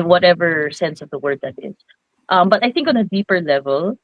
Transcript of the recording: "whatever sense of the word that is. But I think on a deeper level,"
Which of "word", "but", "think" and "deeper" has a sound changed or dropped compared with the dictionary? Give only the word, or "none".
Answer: none